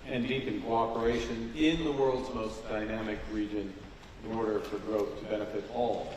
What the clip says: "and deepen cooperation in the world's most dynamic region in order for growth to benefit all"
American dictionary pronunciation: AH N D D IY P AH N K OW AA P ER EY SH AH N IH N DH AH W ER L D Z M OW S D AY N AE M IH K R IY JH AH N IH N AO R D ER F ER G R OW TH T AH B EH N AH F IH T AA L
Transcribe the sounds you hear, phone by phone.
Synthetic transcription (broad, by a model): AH N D D IY P AH N K OW AA P ER EY SH AH N IH N DH AH W ER L D Z M OW S D AY N AE M IH K R IY JH AH N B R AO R D ER F ER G R OW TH T AH B EH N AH F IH T AA L